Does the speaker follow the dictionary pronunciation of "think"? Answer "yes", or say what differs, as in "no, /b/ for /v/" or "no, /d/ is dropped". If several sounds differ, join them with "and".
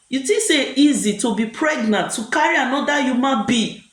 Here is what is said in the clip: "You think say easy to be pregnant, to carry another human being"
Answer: no, /t/ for /θ/